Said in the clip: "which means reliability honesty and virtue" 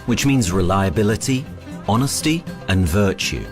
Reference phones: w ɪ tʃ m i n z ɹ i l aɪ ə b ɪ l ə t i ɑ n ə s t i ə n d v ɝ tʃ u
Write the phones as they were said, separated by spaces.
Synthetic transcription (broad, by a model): w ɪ tʃ m i n z ɹ i l aɪ ə b ɪ l ə t i ɑ n ə s t i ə n v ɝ tʃ u